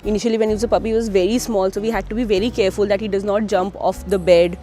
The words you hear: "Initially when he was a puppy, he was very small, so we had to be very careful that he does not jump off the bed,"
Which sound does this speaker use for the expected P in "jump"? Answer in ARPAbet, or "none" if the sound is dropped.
P